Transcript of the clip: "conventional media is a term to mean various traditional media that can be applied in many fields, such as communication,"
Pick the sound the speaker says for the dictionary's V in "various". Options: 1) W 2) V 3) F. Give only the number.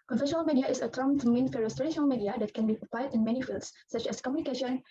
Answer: 3